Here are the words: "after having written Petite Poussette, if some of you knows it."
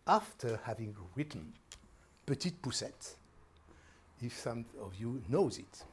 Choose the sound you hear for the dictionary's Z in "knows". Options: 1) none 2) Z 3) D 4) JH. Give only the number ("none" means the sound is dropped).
2